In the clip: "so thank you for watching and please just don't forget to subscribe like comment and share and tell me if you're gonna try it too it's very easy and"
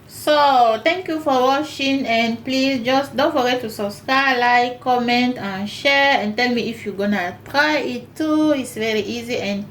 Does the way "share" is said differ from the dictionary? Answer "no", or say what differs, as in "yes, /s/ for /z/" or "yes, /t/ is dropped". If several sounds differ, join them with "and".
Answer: no